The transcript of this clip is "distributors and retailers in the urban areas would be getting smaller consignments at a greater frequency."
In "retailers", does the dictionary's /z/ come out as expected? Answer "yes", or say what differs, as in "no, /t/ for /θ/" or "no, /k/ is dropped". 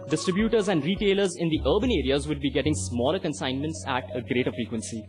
yes